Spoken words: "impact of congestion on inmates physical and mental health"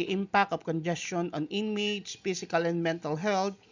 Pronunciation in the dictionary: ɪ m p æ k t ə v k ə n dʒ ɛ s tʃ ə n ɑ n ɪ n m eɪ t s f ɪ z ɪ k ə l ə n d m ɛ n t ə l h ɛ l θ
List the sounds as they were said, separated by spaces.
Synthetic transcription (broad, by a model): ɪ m p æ k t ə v k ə n dʒ ɛ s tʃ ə n ɑ n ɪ n m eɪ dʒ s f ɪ s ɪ k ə l ə n d m ɛ n t ə l h ɛ l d